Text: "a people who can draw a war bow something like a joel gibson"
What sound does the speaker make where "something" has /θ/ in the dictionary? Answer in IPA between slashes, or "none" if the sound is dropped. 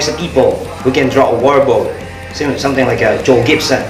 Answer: /s/